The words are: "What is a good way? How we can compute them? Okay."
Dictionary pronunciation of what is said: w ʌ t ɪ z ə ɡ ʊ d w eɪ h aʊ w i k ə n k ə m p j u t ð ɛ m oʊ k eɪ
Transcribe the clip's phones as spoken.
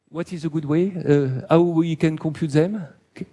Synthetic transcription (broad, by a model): w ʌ t ɪ z ə ɡ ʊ d w eɪ h aʊ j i k ə n k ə p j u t ð ɛ m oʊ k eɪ